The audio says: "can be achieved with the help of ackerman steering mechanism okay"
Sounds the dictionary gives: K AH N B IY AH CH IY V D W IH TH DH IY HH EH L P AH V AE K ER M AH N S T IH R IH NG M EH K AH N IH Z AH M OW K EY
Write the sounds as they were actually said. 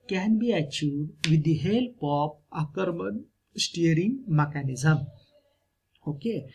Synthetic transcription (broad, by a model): K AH N B IY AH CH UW D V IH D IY HH EH L P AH P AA K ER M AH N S T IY R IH NG M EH K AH N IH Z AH M OW K EY